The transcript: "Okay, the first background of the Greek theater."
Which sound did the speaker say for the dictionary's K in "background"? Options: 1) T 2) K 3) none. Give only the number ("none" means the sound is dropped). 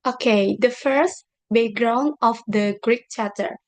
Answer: 3